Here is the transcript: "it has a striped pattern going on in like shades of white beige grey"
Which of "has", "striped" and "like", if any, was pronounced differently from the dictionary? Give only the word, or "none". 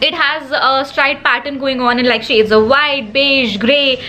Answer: striped